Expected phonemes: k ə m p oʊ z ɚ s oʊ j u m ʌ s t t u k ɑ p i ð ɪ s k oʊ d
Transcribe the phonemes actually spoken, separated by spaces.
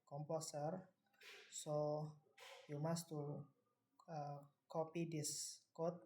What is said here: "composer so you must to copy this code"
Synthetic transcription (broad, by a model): k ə m p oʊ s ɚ s oʊ j u m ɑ s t t u k ɑ p i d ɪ s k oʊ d